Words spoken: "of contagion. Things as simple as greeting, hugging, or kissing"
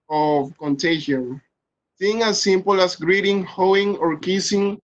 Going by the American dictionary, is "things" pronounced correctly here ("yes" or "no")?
no